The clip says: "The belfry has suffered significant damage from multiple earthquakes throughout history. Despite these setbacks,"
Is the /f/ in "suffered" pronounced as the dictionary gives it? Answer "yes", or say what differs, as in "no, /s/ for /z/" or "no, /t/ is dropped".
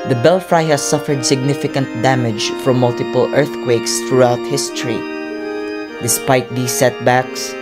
yes